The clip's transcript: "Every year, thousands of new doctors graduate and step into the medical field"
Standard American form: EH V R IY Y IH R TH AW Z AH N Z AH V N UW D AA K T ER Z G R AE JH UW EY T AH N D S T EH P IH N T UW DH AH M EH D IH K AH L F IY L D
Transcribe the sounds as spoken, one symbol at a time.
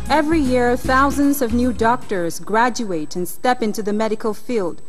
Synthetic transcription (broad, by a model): EH V R IY Y IH R TH AW Z AH N Z AH V N UW D AA K T ER Z G R AE JH UW EY T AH N S T EH P IH N T UW DH AH M EH D IH K AH L F IY L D